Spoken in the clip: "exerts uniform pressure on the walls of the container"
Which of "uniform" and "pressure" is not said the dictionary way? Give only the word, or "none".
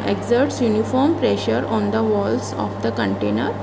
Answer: none